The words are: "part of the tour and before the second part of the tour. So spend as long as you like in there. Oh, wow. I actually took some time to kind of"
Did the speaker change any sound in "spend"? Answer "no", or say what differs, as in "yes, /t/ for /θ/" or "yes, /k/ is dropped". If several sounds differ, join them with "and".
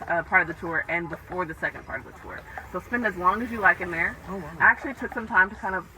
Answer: no